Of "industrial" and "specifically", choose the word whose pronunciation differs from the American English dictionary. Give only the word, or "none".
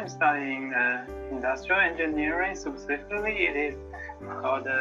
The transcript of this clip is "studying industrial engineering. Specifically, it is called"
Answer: specifically